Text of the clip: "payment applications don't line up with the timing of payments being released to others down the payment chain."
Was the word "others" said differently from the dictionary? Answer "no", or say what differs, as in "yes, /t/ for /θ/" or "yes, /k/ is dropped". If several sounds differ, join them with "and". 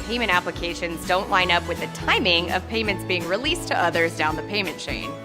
no